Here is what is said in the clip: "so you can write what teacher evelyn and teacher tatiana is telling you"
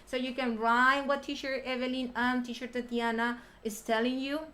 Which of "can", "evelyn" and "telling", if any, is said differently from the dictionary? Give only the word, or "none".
none